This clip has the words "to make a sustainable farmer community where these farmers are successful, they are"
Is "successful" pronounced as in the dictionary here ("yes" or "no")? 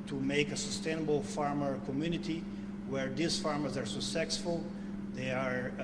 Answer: no